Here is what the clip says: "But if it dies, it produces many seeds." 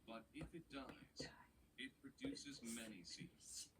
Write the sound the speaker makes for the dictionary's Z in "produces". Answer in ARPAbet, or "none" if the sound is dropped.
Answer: Z